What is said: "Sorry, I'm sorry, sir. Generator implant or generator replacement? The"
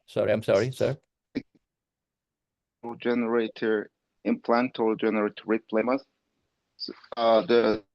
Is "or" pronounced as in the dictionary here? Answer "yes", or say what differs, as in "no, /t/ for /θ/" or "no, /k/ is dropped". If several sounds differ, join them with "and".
no, /l/ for /ɹ/